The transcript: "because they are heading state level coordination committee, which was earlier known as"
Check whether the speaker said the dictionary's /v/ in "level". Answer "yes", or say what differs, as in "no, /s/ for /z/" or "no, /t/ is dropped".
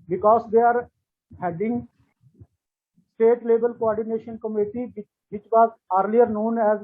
no, /b/ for /v/